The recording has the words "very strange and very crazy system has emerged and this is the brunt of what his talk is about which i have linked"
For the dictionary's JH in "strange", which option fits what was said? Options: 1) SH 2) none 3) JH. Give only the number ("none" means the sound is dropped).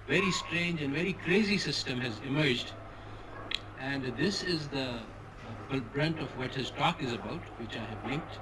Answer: 3